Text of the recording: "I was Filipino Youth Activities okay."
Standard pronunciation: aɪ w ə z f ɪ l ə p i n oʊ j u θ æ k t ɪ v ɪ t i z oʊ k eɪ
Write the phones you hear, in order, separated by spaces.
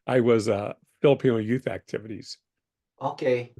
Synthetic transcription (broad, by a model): aɪ w ə z f ɪ l ə p i n oʊ j u θ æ k t ɪ v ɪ t i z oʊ k eɪ